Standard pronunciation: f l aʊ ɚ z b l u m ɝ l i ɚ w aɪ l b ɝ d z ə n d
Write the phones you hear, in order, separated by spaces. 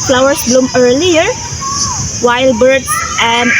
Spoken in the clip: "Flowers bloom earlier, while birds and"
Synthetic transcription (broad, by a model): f l aʊ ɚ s b l u m ɝ l i ɚ w aɪ l b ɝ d ə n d